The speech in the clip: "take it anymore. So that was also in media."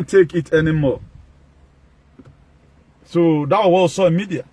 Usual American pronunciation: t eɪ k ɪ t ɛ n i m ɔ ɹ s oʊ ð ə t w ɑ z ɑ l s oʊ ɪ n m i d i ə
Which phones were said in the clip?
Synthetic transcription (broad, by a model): t eɪ k ɪ t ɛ n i m ɔ s oʊ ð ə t w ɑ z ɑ w s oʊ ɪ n m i d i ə